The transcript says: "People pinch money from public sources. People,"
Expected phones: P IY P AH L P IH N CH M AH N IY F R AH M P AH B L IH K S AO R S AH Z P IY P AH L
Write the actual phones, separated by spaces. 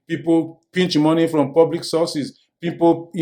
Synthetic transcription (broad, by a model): P IY P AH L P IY N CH M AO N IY F R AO M P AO B L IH K S AO S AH S P IY P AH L